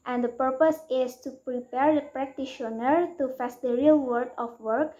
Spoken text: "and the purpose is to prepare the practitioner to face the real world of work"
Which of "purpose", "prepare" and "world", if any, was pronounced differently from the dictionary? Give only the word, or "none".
world